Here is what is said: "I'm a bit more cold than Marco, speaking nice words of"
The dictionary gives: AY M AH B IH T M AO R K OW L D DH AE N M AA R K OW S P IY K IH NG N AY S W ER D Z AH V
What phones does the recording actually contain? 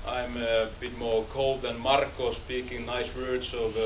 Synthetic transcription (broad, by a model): AY M AH B IH T M AO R K OW L D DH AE N M AA R K OW S P IY K IH NG N AY S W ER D S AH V